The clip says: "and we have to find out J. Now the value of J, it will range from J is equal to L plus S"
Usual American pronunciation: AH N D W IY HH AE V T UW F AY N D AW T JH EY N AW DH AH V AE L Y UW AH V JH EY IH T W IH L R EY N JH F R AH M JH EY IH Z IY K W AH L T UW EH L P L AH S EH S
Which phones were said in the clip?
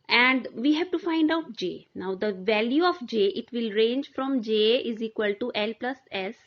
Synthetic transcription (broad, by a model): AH N D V IY HH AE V T UW F AY N D AW T JH EY N AW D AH V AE L Y UW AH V JH EY IH T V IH L R EY N JH F R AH M JH EY IH Z IY K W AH L T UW EH L P L AH S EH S